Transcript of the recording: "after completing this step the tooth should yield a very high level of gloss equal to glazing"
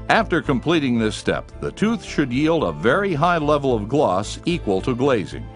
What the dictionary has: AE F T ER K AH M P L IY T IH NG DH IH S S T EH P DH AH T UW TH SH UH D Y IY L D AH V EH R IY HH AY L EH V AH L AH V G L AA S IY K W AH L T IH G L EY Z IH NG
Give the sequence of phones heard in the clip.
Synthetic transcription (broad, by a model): AE F T ER K AH M P L IY T IH NG DH IH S S T EH P DH AH T UW TH SH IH D Y IY L D AH V EH R IY HH AY L EH V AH L AH V G L AA S IY K W AH L T IH G L EY Z IH NG